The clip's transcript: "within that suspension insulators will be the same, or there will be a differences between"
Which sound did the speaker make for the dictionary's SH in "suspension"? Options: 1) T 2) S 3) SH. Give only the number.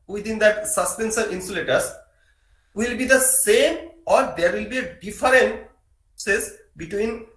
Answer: 2